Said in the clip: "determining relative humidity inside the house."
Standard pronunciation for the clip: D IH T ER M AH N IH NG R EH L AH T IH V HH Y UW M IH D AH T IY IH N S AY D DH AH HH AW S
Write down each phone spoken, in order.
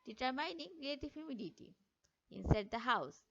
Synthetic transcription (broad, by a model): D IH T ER M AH N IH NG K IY AH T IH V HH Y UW M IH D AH T IY IH N S AY D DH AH HH AW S